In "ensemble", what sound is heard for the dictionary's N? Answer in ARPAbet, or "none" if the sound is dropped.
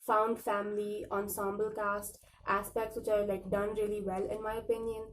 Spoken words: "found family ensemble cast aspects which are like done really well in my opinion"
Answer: N